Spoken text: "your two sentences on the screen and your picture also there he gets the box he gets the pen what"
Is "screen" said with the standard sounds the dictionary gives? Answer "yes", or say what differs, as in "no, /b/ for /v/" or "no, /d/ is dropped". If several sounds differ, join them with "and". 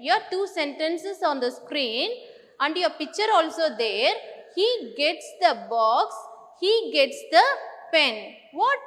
yes